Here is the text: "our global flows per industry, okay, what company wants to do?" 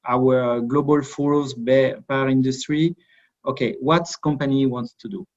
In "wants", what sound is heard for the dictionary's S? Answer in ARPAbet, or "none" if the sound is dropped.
S